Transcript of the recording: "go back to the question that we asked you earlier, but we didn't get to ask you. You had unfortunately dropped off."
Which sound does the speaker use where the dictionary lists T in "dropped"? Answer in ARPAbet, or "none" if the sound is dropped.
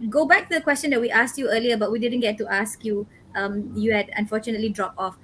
none